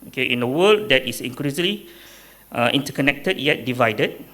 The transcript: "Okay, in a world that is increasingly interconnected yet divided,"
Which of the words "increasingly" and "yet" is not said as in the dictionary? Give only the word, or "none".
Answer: increasingly